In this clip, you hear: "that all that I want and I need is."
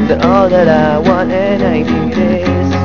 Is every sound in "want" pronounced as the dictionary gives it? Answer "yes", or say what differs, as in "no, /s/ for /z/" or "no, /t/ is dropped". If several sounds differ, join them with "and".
no, /t/ is dropped